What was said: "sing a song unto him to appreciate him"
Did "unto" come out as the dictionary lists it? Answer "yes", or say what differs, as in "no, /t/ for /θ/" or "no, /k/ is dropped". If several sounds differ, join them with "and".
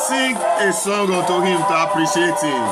no, /n/ is dropped